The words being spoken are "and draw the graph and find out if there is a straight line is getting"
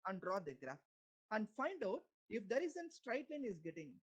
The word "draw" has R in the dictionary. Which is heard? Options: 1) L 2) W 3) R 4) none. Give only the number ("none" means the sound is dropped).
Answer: 3